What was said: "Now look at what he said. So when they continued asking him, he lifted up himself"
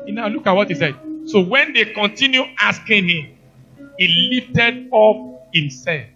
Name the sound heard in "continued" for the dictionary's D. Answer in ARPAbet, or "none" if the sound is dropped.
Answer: none